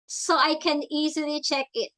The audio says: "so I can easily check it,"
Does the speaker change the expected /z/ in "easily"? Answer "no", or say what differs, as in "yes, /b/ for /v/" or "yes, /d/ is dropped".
no